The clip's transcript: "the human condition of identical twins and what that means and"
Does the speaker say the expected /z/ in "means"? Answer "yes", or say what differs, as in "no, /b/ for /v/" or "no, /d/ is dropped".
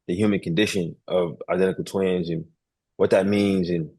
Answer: yes